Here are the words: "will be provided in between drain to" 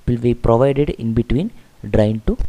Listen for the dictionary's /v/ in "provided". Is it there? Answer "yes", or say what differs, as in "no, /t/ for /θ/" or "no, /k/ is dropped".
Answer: yes